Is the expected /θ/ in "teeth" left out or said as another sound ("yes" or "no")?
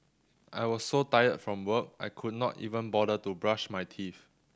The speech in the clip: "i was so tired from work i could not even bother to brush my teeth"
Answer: yes